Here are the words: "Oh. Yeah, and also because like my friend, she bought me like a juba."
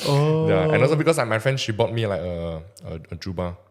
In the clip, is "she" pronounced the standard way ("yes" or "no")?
yes